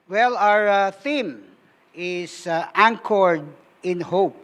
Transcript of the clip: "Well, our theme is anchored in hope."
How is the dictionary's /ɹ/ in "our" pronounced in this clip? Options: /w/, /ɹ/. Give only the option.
/ɹ/